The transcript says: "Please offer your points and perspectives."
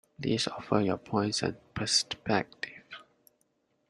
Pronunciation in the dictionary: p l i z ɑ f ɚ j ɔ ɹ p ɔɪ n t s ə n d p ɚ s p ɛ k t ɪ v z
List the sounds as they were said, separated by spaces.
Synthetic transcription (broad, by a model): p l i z ɑ f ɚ j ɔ p ɔɪ n t s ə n p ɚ s p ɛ k t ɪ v